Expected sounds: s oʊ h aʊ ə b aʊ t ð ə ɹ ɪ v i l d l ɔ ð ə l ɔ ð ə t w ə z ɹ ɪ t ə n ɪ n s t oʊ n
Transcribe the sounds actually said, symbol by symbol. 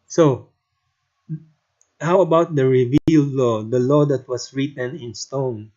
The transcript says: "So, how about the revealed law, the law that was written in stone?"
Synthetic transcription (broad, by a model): s oʊ h aʊ ə b aʊ t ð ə ɹ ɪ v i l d l ɔ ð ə l ɔ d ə t w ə s ɹ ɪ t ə n ɪ n s t oʊ n